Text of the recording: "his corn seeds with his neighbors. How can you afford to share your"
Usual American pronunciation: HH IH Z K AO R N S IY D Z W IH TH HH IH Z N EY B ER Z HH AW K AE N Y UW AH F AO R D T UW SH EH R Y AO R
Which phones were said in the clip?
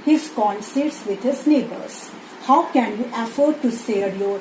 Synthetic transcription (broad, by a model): HH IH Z K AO N S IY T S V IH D HH IH Z N EY B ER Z HH AW K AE N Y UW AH F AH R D T UW S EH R Y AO R